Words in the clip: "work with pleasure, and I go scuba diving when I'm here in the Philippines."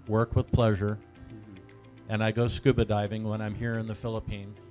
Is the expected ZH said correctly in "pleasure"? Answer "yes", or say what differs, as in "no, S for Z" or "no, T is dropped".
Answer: yes